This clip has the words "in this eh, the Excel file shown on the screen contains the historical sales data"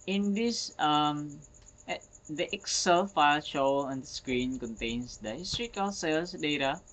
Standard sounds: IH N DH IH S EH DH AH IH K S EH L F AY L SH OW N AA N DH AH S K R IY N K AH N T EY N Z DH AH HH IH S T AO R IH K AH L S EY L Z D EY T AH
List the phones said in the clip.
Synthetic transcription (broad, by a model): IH N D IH S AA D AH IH K S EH L F AY L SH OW L AA N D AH S K R IY N K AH N T EY N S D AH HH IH S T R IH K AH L S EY L S D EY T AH